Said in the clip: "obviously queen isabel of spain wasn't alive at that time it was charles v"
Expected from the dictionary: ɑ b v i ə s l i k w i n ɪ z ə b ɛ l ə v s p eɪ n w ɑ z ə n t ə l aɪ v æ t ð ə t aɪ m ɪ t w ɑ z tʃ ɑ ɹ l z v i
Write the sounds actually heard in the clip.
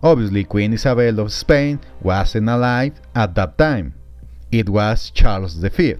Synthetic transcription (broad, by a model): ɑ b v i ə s l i k w i n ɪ s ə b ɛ l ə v s p eɪ n w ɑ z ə n ə l aɪ v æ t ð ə t aɪ m ɪ t w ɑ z tʃ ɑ ɹ l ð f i